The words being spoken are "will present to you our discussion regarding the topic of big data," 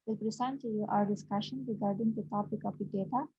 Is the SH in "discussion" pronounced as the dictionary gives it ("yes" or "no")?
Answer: yes